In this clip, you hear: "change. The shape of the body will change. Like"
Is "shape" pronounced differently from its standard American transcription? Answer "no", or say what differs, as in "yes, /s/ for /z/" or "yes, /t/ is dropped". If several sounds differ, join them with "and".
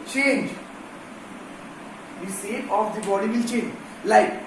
yes, /s/ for /ʃ/